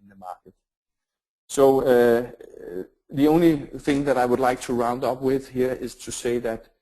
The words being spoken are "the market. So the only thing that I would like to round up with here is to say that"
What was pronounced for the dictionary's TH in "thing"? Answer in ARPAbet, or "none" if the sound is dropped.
TH